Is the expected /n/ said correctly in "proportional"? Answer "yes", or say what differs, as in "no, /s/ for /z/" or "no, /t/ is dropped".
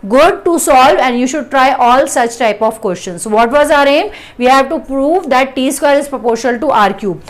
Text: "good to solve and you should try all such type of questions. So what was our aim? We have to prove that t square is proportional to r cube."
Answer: no, /n/ is dropped